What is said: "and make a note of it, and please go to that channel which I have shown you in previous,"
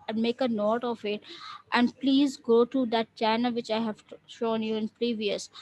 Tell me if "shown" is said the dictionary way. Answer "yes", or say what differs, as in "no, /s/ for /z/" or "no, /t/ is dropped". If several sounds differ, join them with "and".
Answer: yes